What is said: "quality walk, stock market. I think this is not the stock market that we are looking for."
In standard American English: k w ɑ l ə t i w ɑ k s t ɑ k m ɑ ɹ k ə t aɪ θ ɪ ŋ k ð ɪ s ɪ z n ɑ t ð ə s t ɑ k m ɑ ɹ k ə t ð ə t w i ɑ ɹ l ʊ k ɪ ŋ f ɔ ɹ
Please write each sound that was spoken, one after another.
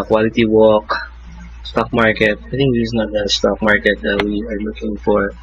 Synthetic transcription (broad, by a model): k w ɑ l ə t i w ɑ k s t ɑ k m ɑ ɹ k ə t aɪ t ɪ ŋ k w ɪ ɪ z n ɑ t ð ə s t ɑ k m ɑ ɹ k ə t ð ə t w i ɑ ɹ l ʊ k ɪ ŋ f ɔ ɹ